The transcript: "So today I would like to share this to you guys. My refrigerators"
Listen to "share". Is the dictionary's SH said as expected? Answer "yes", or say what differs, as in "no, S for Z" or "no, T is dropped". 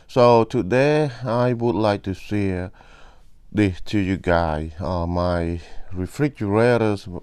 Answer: no, S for SH